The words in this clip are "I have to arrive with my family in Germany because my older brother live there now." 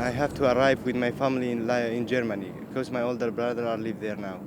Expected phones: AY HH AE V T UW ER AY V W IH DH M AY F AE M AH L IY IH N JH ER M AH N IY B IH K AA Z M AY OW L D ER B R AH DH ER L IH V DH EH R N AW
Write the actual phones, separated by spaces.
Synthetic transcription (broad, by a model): AY HH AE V T UW ER AY V W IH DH M AY F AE M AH L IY IH N JH ER M AH N IY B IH K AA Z M AY OW L D ER B R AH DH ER L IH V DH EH R N AW